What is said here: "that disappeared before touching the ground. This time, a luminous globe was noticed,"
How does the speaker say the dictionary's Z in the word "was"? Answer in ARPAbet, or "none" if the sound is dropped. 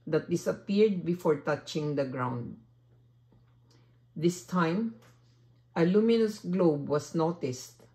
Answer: S